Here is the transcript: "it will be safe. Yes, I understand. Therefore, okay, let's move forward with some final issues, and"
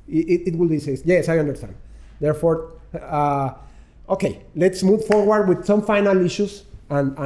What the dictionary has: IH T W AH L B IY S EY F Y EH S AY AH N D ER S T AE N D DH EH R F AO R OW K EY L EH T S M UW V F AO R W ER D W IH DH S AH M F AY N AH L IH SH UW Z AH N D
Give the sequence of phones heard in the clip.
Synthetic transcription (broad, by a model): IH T W AH L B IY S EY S Y EH S AY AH N D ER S T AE N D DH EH R F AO R OW K EY L EH T S M UW V F AO R W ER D W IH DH S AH M F AY N AH L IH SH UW S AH N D